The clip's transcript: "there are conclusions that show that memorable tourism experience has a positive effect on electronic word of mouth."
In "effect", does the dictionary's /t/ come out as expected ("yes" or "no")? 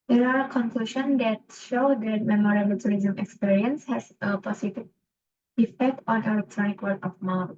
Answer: yes